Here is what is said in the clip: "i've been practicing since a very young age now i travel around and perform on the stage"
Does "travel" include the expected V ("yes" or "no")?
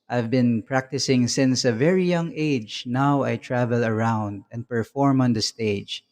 yes